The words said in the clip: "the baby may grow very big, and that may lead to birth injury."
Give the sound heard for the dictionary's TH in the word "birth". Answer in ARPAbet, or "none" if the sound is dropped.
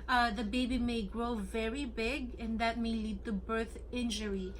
TH